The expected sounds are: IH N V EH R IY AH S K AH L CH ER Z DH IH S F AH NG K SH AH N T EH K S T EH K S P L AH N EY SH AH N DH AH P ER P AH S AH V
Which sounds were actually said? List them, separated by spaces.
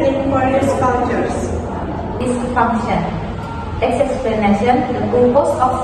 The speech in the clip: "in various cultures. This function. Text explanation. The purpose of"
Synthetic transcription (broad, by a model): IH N P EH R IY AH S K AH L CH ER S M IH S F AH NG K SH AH N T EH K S EH K S P L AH N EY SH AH N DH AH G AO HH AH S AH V